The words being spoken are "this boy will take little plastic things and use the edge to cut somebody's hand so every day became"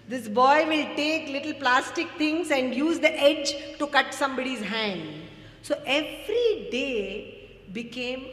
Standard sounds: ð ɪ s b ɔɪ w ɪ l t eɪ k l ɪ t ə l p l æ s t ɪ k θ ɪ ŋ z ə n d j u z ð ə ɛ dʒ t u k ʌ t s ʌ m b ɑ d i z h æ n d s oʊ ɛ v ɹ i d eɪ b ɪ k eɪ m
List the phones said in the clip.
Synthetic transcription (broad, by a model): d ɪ s b ɔɪ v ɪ l t eɪ k l ɪ t ə l p l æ s t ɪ k t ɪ ŋ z ə n d j u z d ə ɛ dʒ t u k ʌ t s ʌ m b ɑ d i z h æ n d s oʊ ɛ v ɹ i d eɪ b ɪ k eɪ m